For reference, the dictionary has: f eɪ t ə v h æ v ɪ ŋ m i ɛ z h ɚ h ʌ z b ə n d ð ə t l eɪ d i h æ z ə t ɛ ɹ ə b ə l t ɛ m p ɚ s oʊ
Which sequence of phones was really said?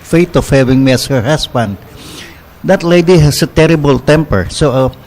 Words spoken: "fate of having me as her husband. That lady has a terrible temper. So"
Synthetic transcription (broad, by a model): f eɪ t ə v h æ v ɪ ŋ m i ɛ s h ɚ h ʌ s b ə n d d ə t l eɪ d i h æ s ə t ɛ ɹ ə b ə l t ɛ m p ɚ s oʊ